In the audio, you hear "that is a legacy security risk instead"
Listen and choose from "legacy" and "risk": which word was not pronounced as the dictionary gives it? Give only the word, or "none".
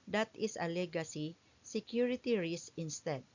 risk